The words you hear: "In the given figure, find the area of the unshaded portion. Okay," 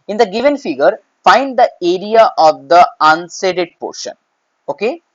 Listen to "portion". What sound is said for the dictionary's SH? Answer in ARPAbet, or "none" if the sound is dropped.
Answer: SH